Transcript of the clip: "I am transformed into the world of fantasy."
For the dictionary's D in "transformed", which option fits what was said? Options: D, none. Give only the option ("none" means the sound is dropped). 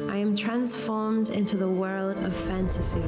D